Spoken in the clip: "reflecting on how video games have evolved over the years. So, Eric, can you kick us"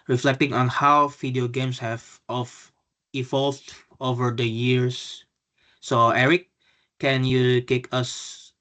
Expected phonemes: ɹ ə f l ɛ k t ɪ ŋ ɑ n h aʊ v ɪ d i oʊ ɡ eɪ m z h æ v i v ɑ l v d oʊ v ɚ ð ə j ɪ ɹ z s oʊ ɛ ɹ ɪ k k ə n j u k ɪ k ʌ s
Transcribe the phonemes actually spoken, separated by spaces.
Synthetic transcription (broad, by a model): ɹ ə f l ɛ k t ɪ ŋ ɑ n h aʊ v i d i oʊ ɡ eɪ m s h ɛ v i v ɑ l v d oʊ v ɚ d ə j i ɹ s oʊ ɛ ɹ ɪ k k ə n j u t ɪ k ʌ s